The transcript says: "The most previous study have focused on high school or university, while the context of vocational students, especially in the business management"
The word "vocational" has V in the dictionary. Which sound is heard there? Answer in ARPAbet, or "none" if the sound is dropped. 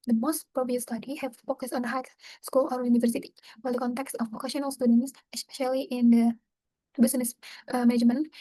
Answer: P